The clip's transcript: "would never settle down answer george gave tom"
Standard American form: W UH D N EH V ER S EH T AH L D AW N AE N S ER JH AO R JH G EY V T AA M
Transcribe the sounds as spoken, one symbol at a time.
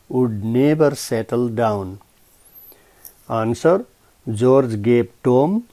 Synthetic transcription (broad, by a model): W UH D N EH B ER S EH T AH L D AW N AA N S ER JH AO R JH G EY P T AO M